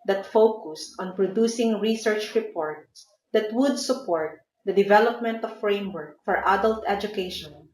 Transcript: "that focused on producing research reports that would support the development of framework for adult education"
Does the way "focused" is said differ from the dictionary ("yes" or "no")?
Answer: no